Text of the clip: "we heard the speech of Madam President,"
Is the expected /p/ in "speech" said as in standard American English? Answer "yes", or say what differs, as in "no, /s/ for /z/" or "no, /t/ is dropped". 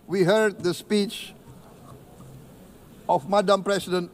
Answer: yes